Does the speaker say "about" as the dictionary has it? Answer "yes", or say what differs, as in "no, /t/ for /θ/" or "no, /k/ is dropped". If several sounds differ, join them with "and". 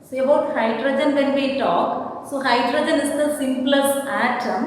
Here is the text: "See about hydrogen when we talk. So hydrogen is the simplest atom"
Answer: no, /b/ is dropped